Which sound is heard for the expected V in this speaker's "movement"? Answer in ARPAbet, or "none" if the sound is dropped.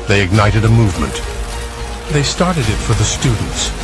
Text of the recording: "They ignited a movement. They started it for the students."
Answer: V